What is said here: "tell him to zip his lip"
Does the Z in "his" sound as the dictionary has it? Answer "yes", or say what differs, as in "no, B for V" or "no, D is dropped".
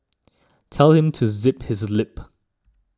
yes